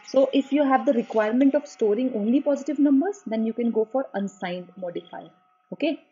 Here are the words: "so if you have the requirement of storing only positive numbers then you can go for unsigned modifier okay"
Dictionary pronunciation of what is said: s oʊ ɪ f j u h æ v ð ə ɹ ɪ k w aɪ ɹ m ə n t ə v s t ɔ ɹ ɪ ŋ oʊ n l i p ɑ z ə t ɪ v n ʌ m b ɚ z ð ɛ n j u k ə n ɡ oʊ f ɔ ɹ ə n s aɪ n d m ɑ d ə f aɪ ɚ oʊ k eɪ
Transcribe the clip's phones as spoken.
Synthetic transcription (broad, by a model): s oʊ ɪ f j u h æ v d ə ɹ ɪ k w aɪ ɹ m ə n t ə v s t ɔ ɹ ɪ ŋ oʊ n l i p ɑ z ə t ɪ v n ʌ m b ɚ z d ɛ n j u k ə n ɡ oʊ f ɔ ɹ ə n s aɪ n d m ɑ d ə f aɪ oʊ k eɪ